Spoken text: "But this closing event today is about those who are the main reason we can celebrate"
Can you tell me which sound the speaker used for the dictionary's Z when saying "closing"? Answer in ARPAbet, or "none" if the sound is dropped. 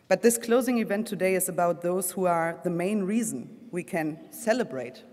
Z